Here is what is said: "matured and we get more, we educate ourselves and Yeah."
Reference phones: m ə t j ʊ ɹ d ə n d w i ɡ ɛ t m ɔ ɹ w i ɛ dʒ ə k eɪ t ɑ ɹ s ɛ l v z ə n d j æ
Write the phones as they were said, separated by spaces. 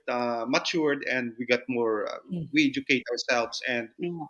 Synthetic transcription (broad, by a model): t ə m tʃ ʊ ɹ d ə n d w i ɡ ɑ t m ɔ ɹ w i ɛ dʒ ə k eɪ t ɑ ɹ s ɛ l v s ə n d